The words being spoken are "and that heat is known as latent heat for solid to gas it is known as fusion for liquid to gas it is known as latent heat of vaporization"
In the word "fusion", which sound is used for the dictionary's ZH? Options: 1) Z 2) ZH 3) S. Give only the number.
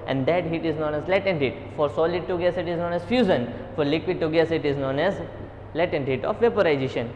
1